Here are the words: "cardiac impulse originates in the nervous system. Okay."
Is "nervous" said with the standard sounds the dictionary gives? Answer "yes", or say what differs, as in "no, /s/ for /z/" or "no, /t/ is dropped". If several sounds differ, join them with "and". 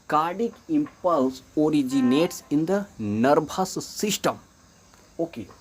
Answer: no, /b/ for /v/